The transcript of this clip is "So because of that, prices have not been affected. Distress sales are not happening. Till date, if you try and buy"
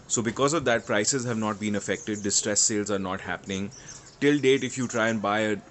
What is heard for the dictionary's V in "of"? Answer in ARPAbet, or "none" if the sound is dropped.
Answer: V